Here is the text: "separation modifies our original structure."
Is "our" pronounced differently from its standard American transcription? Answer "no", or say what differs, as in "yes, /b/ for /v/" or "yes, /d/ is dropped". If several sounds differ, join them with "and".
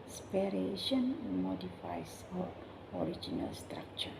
no